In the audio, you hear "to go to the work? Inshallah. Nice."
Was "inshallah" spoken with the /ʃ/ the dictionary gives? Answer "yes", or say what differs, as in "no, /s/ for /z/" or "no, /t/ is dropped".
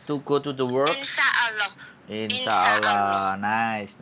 no, /s/ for /ʃ/